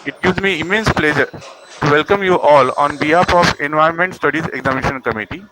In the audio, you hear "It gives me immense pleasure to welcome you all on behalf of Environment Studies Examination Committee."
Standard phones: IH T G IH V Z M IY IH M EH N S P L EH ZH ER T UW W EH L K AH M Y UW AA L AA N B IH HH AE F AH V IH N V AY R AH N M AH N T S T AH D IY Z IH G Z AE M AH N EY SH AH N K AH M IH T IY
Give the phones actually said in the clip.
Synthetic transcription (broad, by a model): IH T G IH V Z M IY IH M EH N S P L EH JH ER T UW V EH L K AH M Y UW AA L AA N B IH HH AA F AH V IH N V AY AH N M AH N T S T AH D IY Z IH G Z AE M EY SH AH N K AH M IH T IY